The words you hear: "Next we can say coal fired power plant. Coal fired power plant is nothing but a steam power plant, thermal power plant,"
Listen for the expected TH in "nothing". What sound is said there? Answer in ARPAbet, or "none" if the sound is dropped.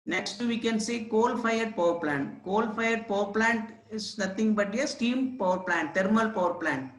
T